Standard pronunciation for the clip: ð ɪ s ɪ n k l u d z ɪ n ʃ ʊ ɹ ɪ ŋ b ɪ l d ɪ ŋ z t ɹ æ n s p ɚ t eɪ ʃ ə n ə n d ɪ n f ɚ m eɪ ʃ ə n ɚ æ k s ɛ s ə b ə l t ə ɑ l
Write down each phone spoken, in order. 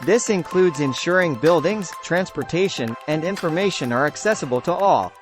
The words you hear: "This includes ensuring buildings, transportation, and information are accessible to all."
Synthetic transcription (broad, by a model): ð ɪ s ɪ n k l u d z ɪ n ʃ ʊ ɹ ɪ ŋ b ɪ l d ɪ ŋ z t ɹ æ n s p ɚ t eɪ ʃ ə n ə n d ɪ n f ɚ m eɪ ʃ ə n ɚ æ k s ɛ s ə b ə l t ə ɑ l